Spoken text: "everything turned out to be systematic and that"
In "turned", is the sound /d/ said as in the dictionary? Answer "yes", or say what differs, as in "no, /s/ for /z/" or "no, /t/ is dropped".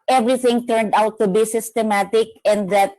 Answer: yes